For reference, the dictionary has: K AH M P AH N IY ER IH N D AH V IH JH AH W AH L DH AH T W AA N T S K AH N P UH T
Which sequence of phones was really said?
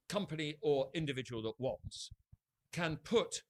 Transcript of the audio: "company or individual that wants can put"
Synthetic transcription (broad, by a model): K AH M P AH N IY ER IH N D AH V IH JH AH W AH L DH AH T W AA N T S K AH N P UH T